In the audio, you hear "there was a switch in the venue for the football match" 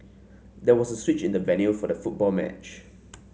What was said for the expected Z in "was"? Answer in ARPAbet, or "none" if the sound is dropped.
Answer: S